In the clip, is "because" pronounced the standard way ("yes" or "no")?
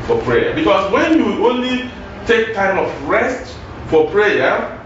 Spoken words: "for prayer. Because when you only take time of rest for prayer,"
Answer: no